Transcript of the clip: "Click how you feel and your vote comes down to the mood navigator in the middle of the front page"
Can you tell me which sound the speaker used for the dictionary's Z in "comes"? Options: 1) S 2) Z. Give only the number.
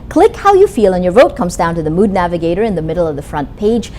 2